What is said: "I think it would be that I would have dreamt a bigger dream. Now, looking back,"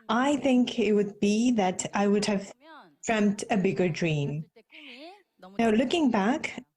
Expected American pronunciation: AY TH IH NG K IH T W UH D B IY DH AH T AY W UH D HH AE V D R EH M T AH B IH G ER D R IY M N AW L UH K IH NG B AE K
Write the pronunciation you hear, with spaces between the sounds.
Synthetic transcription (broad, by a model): AY TH IH NG K IH T W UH D B IY DH AH T AY W UH D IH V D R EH M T AH B IH G ER D R IY M N AW L UH K IH NG B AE K